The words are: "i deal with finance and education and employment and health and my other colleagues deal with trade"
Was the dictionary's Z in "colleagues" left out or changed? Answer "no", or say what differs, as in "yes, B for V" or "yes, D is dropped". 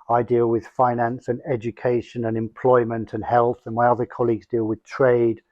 no